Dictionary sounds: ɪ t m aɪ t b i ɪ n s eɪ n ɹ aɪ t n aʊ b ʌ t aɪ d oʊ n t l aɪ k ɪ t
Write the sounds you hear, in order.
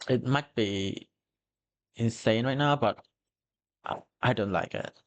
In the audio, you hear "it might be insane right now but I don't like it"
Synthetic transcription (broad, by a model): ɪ t m aɪ t b i ɪ n s eɪ n ɹ aɪ t n aʊ b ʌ t aɪ d oʊ n t l aɪ k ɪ t